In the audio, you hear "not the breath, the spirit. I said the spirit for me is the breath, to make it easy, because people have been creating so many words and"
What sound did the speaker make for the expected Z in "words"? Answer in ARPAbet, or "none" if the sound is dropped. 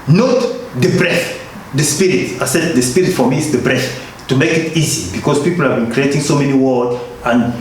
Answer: none